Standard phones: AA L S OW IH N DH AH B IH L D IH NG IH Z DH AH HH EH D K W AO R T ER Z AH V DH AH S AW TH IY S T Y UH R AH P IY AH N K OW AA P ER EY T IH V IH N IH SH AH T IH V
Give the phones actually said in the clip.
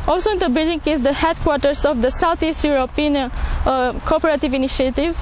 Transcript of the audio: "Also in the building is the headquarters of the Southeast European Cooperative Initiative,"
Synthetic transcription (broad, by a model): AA L S OW IH N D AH B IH L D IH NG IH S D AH HH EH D K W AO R T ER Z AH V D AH S AW T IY S T Y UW R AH P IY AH N K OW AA P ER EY T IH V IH N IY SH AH T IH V